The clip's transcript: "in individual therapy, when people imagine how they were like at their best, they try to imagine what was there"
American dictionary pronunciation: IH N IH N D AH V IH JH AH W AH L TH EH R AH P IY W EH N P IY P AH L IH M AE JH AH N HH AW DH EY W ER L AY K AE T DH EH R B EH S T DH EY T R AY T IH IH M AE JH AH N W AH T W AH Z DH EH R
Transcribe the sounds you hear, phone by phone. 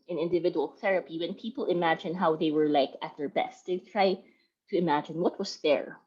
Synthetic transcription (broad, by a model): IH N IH N D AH V IH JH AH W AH L TH EH R AH P IY W EH N P IY P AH L IH M AE JH AH N HH AW DH EY W ER L AY K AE T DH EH R B EH S T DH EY T R AY T IH IH M AE JH AH N W AH T W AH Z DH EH R